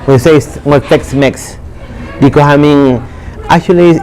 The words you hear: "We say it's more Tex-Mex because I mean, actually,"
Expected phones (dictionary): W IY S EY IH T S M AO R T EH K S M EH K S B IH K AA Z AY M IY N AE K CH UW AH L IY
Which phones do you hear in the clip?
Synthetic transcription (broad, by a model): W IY S EY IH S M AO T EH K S M EH K S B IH K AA S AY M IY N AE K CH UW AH L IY